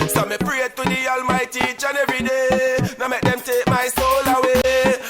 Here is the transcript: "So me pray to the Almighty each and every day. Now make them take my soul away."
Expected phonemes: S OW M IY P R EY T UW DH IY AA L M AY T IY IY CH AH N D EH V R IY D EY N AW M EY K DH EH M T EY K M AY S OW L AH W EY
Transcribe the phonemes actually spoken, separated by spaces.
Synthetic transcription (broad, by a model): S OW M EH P R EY T UW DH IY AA L M AY T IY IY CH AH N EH R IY D EY N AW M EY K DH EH M T EY K M AY S OW L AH W EY